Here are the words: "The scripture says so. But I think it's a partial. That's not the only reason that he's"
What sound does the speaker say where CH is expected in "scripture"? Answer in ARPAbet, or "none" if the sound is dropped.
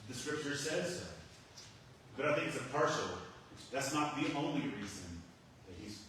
CH